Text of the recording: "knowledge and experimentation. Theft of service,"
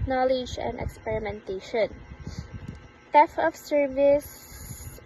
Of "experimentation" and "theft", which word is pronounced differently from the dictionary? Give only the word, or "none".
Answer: theft